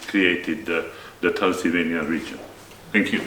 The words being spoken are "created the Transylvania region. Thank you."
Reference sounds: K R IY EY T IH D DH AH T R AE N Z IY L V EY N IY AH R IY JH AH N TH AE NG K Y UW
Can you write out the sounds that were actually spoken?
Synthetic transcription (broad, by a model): K R IY EY T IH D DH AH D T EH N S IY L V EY N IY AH R IY JH AH N T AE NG K Y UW